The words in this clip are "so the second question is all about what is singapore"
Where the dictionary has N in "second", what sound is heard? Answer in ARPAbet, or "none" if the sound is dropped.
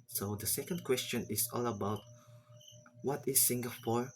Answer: N